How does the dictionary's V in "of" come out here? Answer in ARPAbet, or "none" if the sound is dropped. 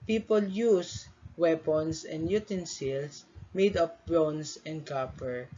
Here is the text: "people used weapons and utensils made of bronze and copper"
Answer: P